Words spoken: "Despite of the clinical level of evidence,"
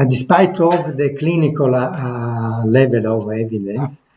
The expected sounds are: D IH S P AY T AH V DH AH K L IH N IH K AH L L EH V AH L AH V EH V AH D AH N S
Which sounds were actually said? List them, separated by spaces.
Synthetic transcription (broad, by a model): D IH S P AY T AH V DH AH K L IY N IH K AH L L EH V AH L AH V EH V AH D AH N S